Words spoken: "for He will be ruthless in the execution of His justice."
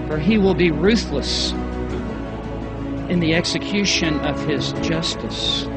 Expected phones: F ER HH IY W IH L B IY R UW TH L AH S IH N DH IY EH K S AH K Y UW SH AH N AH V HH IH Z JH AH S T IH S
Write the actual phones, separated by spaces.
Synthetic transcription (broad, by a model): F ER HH IY W IH L B IY R UW TH L AH S IH N DH IY EH K S AH K Y UW SH AH N AH V IH Z JH AH S T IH S